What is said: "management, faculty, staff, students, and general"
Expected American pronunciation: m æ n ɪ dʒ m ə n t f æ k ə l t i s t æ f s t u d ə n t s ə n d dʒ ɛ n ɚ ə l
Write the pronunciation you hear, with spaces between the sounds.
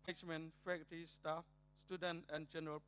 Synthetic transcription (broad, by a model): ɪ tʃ m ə n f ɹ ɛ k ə t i s t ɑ f s t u d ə n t ə n dʒ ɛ n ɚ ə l